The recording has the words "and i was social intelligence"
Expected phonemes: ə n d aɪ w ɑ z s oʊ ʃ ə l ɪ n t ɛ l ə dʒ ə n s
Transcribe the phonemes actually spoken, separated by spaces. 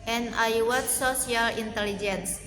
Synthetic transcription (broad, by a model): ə n aɪ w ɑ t s oʊ s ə l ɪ n t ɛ l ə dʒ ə n s